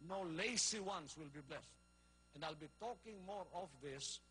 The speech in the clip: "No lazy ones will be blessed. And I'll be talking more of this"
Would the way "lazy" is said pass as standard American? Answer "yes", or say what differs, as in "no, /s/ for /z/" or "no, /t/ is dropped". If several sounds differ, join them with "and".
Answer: no, /s/ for /z/